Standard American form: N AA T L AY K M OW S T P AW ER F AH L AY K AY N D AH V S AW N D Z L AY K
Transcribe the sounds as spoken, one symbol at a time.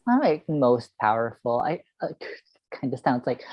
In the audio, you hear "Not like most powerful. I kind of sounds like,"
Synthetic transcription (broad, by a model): AA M L AY K M OW S T P AW ER F L AY K AY N D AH S AW N D Z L AY K